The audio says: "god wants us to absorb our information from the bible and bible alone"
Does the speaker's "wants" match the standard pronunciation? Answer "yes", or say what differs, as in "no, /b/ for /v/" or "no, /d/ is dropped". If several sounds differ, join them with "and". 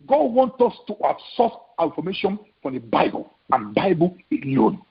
no, /s/ is dropped